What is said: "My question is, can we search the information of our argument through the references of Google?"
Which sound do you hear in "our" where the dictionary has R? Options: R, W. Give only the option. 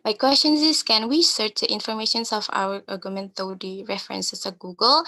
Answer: W